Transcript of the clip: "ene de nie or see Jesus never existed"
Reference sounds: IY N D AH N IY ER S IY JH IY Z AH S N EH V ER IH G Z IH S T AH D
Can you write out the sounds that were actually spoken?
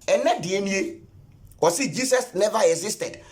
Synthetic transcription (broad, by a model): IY N D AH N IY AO S IY JH IY S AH S N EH V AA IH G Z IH S T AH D